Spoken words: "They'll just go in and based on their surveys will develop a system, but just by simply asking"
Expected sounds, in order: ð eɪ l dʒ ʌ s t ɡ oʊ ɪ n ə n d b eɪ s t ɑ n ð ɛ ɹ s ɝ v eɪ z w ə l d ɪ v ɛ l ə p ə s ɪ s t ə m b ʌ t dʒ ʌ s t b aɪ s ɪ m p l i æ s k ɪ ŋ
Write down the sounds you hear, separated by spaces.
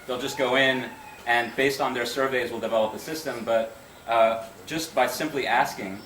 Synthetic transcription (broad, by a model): ð eɪ l dʒ ʌ s ɡ oʊ ɪ n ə n b eɪ s t n ð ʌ ɹ s ɝ v eɪ z w ə l d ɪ v ɛ l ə p ə s ɪ s t ə m b ʌ t dʒ ʌ s t b aɪ s ɪ m p l i æ s k ɪ ŋ